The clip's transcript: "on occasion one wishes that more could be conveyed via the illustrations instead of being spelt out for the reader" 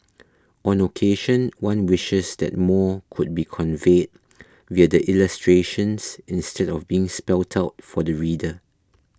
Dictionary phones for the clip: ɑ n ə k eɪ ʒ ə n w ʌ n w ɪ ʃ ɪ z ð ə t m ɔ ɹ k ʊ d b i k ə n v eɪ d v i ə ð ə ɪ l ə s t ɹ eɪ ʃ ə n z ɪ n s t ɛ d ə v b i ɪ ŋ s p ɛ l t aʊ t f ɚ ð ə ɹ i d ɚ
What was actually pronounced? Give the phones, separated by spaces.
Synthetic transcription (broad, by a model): ɑ n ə k eɪ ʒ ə n w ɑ n w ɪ ʃ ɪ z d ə t m ɔ k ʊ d b i k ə n v eɪ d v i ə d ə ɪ l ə s t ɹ eɪ ʃ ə n s ɪ n s t ɛ d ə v b i ɪ ŋ s p ɛ l t aʊ t f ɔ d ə ɹ i d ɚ